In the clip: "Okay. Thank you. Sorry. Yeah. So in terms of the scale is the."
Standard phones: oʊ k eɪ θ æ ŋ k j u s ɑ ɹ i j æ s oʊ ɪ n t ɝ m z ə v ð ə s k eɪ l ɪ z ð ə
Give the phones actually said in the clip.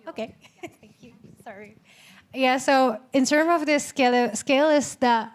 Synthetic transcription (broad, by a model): oʊ k eɪ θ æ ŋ k j u s ɑ ɹ i j æ s oʊ ɪ n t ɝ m ə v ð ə s k eɪ l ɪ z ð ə